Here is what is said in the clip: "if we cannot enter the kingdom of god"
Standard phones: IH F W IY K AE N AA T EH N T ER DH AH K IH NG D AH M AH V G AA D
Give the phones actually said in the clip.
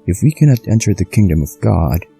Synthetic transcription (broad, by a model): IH F W IY K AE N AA T EH N T ER DH AH K IH NG D AH M AH V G AA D